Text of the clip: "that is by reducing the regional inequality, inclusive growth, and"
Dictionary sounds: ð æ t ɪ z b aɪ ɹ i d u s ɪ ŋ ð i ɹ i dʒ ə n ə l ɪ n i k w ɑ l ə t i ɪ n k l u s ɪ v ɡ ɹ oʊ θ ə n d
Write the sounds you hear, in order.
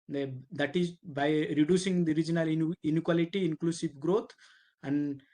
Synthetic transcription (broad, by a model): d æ t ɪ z b aɪ ɹ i d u s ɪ ŋ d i ɹ i dʒ ə n ə l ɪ n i k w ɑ l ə t i ɪ n k l u s ɪ v ɡ ɹ oʊ t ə n d